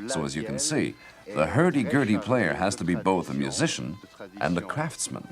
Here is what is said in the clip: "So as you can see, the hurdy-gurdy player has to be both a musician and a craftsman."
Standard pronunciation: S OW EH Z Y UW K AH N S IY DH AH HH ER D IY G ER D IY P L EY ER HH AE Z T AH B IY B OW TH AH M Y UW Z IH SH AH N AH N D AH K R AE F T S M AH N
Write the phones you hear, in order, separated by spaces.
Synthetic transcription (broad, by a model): S OW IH Z Y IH K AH N S IY DH AH HH ER D IY G ER D IY P L EY ER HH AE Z T AH B IY B OW TH AH M Y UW Z IH SH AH N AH N AH K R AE F T S M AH N